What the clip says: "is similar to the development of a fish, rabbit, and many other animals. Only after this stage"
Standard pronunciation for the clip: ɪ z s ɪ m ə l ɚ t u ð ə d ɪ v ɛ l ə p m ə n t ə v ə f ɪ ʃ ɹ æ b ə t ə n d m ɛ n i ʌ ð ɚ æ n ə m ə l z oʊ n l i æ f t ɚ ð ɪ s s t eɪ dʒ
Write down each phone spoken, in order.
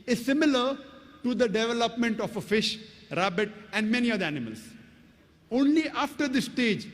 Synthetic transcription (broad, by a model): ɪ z s ɪ m ə l ɚ t u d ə d ɪ v ɛ l ə p m ə n t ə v ə f ɪ ʃ ɹ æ b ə t ə n d m ɛ n i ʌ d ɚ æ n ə m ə l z oʊ n l i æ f t ɚ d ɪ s s t eɪ dʒ